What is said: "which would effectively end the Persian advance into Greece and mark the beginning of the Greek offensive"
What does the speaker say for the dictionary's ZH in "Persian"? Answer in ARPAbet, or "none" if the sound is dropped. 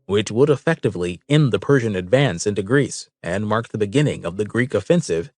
ZH